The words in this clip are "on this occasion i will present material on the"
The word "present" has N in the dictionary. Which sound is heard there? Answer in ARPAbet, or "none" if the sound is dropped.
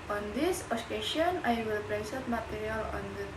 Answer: none